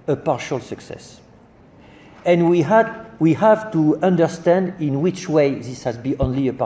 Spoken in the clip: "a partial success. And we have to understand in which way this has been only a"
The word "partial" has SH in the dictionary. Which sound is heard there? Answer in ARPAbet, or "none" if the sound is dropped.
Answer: SH